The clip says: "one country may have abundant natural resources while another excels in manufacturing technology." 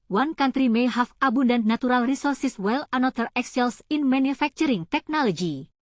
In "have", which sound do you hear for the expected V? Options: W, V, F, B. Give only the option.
F